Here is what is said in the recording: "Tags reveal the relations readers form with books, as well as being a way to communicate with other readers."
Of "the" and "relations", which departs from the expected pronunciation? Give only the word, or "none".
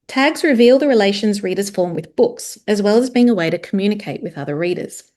none